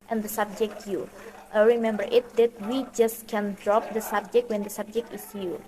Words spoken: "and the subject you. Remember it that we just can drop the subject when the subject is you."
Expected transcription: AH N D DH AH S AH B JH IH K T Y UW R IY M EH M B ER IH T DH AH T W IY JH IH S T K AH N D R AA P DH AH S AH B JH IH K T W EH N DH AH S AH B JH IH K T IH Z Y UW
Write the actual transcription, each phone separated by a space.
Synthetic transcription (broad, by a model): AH N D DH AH S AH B JH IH K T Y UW R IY M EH M B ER IH T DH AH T W IY JH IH S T K AH N D R AA P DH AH S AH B JH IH K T W EH N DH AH S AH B JH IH K T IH S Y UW